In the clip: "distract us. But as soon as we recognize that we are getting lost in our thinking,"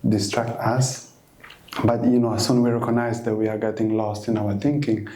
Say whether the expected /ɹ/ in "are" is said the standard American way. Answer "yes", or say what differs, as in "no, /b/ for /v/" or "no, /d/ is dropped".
yes